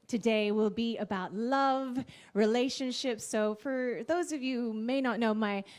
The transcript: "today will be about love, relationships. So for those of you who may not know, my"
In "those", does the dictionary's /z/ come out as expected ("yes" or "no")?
yes